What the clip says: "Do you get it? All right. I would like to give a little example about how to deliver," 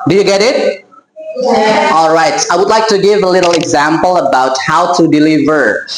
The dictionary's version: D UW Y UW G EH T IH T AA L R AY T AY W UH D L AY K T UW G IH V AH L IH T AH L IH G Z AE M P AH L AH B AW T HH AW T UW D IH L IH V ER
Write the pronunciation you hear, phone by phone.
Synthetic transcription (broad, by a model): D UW Y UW G EH T IH T AA L R AY T AY W UH D L AY K T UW G IH V AH L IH T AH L IH G Z AE M P AH L AH B AW T HH AW T UW D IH L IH V ER